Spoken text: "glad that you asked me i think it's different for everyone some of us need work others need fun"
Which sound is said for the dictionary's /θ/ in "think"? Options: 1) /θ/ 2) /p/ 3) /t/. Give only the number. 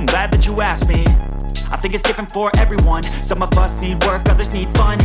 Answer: 1